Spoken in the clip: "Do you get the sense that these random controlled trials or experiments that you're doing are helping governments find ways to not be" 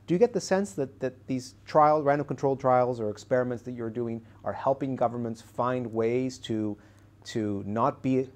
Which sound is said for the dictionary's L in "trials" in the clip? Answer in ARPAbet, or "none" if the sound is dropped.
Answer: L